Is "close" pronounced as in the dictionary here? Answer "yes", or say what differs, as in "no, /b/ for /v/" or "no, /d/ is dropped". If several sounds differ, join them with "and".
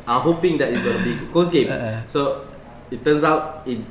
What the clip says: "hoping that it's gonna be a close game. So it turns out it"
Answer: no, /l/ is dropped